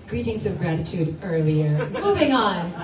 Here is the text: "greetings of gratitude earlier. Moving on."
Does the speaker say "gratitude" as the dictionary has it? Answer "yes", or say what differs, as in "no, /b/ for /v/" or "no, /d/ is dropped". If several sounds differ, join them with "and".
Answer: yes